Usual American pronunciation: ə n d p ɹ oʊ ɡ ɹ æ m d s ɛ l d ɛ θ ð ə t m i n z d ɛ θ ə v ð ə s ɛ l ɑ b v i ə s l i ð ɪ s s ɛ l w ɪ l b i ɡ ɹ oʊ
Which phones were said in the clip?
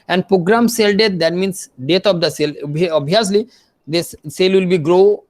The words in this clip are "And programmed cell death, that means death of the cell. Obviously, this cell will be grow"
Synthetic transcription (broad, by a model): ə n d p ɹ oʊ ɡ ɹ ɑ m s ɛ l d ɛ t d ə t m i n s d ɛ t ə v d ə s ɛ l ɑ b i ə s l i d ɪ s s ɛ l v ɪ l b i ɡ ɹ oʊ